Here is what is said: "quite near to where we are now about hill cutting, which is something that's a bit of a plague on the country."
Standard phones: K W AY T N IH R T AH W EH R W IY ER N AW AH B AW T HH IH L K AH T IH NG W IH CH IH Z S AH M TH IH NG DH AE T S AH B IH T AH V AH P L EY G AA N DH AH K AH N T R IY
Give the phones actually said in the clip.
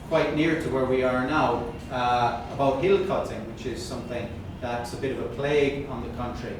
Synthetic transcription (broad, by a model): K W AY T N IH R T AH W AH R W IY ER N AW AH B AW T HH IH L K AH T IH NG W IH CH IH Z S AH M TH IH NG DH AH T S AH B IH T AH V AH P L EY G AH N DH AH K AH N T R IY